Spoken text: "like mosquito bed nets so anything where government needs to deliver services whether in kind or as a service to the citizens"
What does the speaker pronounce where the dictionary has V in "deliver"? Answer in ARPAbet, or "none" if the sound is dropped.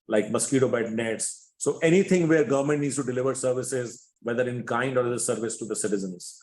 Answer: V